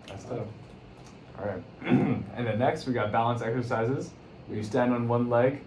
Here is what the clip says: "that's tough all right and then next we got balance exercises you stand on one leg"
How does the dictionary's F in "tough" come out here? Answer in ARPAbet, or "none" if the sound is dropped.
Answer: none